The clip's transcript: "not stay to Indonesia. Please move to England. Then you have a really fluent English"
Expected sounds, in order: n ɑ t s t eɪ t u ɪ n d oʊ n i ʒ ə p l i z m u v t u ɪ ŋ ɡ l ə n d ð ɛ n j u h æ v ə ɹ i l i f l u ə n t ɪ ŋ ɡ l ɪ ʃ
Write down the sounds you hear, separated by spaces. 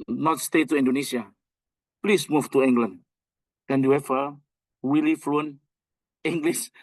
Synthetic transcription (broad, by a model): n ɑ t s t eɪ t u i n d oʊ n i s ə p l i s m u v t u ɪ ŋ ɡ l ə n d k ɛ n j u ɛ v ə w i l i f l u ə n ɪ ŋ ɡ l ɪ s